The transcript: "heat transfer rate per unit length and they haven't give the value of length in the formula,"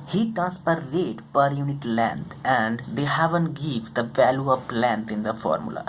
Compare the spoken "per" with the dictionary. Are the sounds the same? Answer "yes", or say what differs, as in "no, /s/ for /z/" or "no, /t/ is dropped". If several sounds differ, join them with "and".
yes